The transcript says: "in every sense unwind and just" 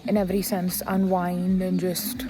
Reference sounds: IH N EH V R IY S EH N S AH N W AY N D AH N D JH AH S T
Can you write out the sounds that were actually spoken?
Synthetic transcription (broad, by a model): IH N EH V R IY S EH N S AH N W AY N D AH N JH AH S T